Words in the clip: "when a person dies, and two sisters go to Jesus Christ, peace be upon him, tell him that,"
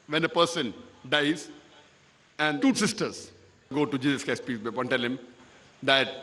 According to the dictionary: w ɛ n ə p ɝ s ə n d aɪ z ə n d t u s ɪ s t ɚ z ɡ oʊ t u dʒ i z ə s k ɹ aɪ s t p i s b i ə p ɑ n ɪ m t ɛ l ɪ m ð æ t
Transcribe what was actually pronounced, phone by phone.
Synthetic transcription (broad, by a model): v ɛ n ə p ɝ s ə n d aɪ z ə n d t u s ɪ s t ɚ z ɡ oʊ t u dʒ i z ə s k aɪ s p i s b i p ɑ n t ɛ l ɪ m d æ t